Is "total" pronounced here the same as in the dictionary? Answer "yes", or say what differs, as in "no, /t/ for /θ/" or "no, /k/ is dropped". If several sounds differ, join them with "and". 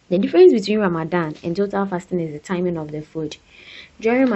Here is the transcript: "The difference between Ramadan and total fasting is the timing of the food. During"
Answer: yes